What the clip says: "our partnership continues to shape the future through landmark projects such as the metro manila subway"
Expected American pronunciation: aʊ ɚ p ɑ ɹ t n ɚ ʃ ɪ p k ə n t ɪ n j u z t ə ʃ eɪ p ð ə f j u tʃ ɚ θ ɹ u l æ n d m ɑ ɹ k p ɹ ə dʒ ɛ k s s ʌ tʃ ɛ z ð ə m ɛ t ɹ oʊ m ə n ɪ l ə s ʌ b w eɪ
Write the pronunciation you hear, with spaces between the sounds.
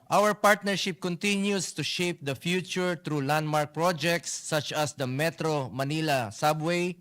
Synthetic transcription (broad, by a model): aʊ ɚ p ɑ ɹ t n ɚ ʃ ɪ p k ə n t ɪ n j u s t ə ʃ eɪ p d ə f j u tʃ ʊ t ɹ u l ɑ n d m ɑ ɹ k p ɹ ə dʒ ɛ k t s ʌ tʃ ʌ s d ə m ɛ t ɹ oʊ m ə n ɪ l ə s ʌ b w eɪ